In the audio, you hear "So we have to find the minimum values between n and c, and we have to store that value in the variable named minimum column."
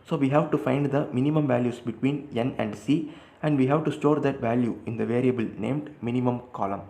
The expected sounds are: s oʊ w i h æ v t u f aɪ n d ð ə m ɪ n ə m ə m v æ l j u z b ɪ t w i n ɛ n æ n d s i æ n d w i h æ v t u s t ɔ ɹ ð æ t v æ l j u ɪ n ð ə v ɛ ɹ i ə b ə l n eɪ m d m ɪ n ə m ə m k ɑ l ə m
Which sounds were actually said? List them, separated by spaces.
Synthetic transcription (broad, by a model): s oʊ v i h æ v t u f aɪ n d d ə m ɪ n ə m ə m v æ l j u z b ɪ t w i n ɛ n æ n d s i æ n d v i h æ v t u s t ɔ ɹ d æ t v æ l j u ɪ n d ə v ɛ ɹ i ə b ə l n eɪ m d m ɪ n ə m ə m k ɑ l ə m